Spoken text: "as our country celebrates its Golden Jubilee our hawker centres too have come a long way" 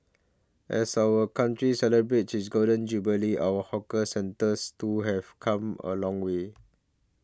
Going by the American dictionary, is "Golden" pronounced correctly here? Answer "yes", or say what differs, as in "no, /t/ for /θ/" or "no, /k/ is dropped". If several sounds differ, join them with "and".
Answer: no, /l/ is dropped